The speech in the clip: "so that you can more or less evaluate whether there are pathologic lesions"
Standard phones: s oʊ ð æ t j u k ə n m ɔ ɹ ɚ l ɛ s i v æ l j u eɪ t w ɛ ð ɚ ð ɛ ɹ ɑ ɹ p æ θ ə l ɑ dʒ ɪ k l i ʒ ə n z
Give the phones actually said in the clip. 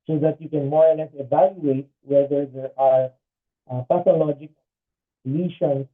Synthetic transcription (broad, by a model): s oʊ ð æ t j u k ə n m ɔ ɹ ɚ n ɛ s i v æ l j u eɪ t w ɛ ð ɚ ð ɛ ɹ ɑ ɹ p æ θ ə l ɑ dʒ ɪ k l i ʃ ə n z